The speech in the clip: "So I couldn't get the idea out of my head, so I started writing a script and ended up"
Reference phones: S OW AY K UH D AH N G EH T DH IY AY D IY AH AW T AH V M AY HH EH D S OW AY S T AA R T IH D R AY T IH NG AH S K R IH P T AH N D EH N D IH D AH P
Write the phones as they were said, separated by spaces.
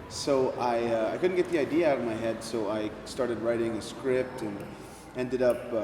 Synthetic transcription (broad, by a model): S OW AY K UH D N G EH T DH IY AY D IY AH AW T AH V M AY HH EH D S OW AY S T AA R T IH D R AY T IH NG AH S K R IH P T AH N EH N D IH D AH P